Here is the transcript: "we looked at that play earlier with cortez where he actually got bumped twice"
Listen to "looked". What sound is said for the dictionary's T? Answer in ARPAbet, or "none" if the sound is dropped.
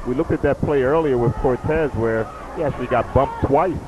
T